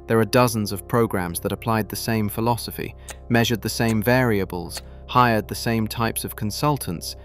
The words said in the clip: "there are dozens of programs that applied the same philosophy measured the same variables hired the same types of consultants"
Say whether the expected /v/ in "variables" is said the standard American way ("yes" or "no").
yes